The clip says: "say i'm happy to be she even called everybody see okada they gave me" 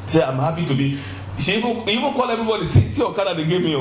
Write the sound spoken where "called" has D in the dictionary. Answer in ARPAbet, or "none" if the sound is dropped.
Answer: none